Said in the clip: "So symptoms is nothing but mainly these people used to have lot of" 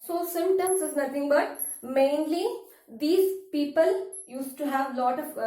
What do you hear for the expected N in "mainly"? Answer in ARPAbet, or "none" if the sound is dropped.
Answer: N